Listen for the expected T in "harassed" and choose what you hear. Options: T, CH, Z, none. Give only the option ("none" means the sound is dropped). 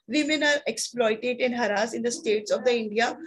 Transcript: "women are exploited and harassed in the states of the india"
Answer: none